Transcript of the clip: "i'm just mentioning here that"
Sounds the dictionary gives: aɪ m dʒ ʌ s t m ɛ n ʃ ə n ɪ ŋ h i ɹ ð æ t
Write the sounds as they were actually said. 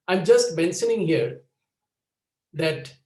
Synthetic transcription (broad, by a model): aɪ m dʒ ʌ s t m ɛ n s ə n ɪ ŋ h i ɹ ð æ t